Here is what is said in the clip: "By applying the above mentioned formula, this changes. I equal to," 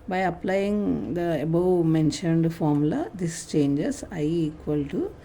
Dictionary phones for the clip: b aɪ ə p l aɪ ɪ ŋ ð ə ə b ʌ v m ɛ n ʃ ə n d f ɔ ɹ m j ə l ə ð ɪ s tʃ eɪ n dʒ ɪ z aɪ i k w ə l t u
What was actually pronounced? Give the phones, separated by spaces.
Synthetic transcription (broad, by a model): b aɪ ə p l aɪ ɪ ŋ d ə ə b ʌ w m ɛ n ʃ ə n d f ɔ ɹ m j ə l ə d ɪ s tʃ eɪ n dʒ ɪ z aɪ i k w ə l t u